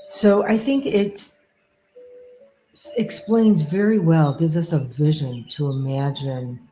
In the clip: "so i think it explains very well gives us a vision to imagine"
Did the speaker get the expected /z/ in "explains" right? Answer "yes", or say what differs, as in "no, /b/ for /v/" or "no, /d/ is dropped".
yes